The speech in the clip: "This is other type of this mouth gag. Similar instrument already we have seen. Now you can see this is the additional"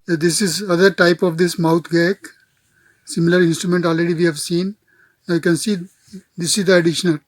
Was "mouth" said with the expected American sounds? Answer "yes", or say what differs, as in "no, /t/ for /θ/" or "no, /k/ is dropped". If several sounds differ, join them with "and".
no, /t/ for /θ/